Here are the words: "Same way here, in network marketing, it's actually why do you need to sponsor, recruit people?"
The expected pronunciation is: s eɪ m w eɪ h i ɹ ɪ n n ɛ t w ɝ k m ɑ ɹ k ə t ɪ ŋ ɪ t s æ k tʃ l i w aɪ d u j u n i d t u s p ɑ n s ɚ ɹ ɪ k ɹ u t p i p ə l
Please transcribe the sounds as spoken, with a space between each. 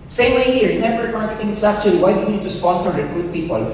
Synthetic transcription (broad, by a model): s eɪ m w eɪ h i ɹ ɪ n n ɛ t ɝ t m ɑ ɹ k ə t ɪ ŋ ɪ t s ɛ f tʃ i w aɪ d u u n i d t u s p ɑ n s ɚ ɹ ɪ k ɹ u t p i p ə l